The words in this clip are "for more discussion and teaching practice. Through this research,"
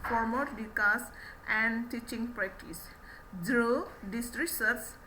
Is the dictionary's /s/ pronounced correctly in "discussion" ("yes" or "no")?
no